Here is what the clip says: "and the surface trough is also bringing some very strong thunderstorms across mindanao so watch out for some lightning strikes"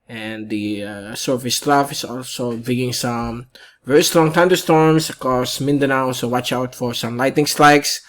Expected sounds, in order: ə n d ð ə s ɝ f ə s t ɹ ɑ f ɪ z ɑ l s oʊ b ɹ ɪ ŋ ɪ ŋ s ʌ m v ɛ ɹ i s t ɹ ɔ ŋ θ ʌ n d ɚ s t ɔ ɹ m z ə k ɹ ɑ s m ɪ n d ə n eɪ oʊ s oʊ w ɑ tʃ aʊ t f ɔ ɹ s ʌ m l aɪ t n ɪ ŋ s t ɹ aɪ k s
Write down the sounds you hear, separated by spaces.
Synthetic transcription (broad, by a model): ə n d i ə s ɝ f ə s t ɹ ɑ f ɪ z ɑ l s oʊ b ɪ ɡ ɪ ŋ s ʌ m v ɛ ɹ i s t ɹ ɔ ŋ t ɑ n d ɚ s t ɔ ɹ m s ə k ɹ ɑ s m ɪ n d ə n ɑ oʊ s oʊ w ɑ tʃ aʊ t f ɔ ɹ s ʌ m l aɪ t n ɪ ŋ s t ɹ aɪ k s